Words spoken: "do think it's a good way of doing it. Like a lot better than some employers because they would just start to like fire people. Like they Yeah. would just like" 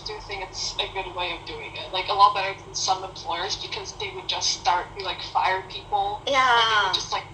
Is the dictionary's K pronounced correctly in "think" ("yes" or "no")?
no